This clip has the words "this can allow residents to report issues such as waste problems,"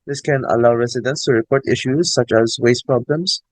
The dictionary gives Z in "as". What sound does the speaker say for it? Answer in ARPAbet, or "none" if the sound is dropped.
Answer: Z